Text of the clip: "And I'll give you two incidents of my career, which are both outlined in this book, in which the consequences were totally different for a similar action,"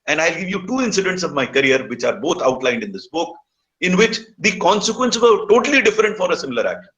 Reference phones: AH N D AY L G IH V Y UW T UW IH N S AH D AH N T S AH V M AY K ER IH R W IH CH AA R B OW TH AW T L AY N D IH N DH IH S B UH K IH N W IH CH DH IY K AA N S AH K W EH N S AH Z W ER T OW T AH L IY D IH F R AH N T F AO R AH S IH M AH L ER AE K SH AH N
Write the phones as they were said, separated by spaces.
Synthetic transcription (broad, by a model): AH N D AY L G IH V Y UW T UW IH N S AH D AH N T S AH V M AY K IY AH R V IH CH AA R B OW T AW T L AY N D IH N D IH S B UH K IH N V IH CH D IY K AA N S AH K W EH N S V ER T OW T AH L IY D IH F R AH N T F AO R AH S IH M AH L ER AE K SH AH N